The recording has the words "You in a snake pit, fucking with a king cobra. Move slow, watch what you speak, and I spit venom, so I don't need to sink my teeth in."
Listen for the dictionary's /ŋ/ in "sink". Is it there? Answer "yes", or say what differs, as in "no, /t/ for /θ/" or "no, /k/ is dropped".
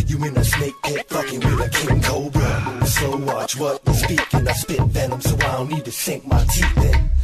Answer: yes